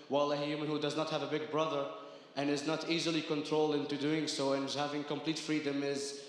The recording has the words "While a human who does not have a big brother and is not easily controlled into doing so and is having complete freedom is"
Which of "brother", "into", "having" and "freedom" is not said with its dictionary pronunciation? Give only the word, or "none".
none